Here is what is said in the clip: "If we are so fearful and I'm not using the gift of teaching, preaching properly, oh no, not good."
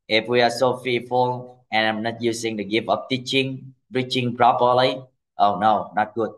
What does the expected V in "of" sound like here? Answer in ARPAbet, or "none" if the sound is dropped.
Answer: P